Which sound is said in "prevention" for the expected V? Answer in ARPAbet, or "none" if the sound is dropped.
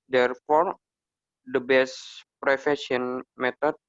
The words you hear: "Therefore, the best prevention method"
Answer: F